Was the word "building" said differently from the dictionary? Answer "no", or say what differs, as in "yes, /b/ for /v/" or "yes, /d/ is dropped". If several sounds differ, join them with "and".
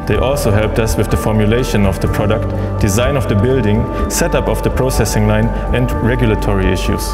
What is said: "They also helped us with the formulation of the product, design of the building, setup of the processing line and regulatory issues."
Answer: no